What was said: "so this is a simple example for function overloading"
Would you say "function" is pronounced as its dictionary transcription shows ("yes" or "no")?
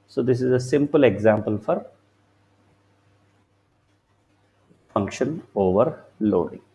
yes